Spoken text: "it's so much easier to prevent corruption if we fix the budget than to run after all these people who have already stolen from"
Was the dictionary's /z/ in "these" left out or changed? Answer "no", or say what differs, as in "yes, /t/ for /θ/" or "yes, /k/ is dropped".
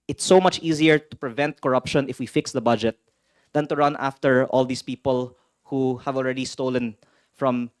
yes, /s/ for /z/